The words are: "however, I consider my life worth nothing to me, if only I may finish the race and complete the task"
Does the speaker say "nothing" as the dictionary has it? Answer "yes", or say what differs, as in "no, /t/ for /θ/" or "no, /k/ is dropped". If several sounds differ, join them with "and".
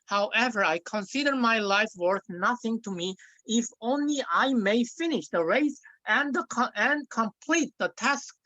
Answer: yes